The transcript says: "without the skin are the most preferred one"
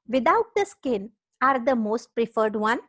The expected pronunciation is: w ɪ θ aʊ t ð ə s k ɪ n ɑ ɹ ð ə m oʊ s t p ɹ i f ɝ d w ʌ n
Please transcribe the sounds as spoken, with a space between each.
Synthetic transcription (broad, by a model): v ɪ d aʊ t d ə s k ɪ n ɑ ɹ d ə m oʊ s t p ɹ i f ɝ d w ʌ n